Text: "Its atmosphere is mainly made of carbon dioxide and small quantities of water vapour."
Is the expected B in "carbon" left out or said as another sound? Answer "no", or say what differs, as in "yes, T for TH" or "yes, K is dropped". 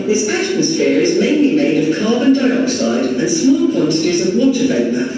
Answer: no